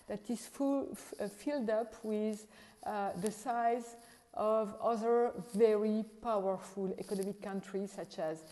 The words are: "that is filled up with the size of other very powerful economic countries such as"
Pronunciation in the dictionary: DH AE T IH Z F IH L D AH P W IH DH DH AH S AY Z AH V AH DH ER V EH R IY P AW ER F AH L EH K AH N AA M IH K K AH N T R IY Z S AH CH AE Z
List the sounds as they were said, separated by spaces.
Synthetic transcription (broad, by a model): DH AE T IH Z F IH L D AH P W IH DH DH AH S AY Z AH V AH DH ER V EH R IY P AW ER F AH L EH K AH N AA M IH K K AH N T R IY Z S AH CH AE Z